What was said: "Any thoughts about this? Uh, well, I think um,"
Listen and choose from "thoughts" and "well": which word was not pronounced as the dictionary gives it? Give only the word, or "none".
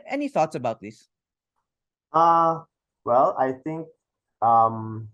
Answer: none